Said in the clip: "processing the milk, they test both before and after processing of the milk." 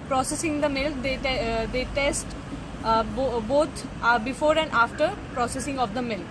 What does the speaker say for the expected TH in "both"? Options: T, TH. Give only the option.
T